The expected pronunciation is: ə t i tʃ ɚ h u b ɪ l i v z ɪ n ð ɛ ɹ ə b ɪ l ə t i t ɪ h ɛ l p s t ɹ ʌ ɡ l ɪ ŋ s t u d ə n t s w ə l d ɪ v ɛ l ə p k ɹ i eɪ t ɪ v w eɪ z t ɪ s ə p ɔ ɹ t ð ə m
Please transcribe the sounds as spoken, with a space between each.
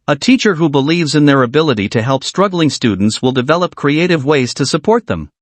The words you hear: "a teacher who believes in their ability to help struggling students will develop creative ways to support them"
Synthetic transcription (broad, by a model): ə t i tʃ ɚ h u b ɪ l i v z ɪ n ð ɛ ɹ ə b ɪ l ə t i t ɪ h ɛ l p s t ɹ ʌ ɡ l ɪ ŋ s t u d n t s w ə l d ɪ v ɛ l ə p k ɹ i eɪ t ɪ v w eɪ z t ɪ s ə p ɔ ɹ t ð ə m